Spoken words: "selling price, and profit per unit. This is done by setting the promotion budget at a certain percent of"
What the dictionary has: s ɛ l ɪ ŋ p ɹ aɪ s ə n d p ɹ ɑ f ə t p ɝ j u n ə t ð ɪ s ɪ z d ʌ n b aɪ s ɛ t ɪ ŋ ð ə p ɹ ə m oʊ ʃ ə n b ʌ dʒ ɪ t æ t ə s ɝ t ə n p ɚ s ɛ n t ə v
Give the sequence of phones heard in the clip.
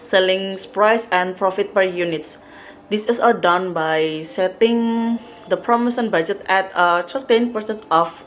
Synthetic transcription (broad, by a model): s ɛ l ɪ ŋ p ɹ aɪ s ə n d p ɹ ɑ f ə t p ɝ j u n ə t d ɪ s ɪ s d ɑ n b aɪ s ɛ t ɪ ŋ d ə p ɹ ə m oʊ s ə n b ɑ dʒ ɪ t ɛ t ə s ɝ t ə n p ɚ s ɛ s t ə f